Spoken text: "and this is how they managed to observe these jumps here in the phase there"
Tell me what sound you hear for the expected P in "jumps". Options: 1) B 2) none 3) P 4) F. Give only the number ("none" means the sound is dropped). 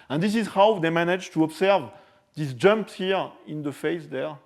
3